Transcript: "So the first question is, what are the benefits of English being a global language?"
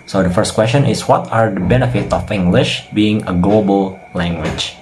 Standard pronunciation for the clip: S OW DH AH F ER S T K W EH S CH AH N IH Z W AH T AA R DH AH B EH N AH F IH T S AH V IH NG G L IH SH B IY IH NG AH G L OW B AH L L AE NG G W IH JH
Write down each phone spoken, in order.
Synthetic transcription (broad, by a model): S OW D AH F ER S T K W EH S CH AH N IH S W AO T AA R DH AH B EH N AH F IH T AH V IH NG G L IH SH B IY IH NG AH G L OW B AH L L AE NG G W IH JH